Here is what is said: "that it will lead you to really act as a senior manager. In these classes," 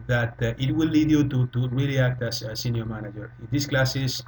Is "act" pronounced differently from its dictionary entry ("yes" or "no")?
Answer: no